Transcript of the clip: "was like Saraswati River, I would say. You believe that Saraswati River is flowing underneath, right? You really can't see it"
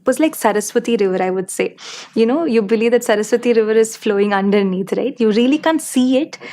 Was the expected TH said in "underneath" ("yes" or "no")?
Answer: no